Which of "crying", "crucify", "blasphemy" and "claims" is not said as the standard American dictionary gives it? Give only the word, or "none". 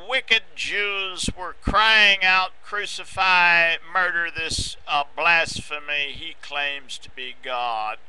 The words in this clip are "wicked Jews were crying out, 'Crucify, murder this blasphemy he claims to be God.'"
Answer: none